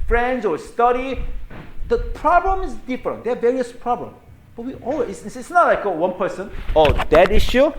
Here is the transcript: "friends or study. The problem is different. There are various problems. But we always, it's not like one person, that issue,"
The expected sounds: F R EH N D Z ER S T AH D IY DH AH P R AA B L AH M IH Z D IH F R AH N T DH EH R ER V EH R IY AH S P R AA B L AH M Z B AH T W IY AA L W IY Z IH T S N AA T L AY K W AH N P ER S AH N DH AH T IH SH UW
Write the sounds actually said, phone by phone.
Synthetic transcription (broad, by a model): F R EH N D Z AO S T AH D IY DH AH P R AA B L AH M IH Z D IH F R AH N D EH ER V EH R IY AH S P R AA B L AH M S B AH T W IY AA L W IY S IH T S N AA T L AY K W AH N P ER S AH N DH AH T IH SH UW